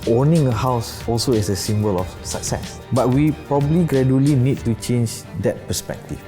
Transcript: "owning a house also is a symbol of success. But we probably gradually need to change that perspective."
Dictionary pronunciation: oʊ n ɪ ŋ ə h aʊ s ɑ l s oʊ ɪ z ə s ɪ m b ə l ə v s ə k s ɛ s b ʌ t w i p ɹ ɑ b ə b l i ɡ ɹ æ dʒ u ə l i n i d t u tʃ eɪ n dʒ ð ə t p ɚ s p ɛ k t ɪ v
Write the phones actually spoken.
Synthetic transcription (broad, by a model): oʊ n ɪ ŋ ə h aʊ s ɑ l s oʊ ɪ s ə s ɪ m b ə l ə f s ə k s ɛ s b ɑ t w i p ɹ ɑ b ə b l i ɡ ɹ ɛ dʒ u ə l i n i d t u tʃ eɪ n dʒ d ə t p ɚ s p ɛ k t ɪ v